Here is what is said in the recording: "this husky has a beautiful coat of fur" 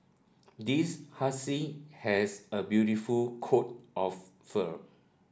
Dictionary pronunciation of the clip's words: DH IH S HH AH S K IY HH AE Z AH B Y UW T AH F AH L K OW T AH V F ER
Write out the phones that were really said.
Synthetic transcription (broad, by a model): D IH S HH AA S IY HH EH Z AH B Y UW T AH F AH L K OW T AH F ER